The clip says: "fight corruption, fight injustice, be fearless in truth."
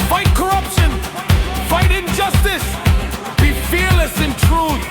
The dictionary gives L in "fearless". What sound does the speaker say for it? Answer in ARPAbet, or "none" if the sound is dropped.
L